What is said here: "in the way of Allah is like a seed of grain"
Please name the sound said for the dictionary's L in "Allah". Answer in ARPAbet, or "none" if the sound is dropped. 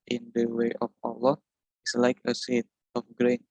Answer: L